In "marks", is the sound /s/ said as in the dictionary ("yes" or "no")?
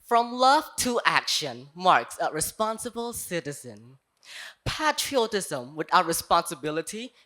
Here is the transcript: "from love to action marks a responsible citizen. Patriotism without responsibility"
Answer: yes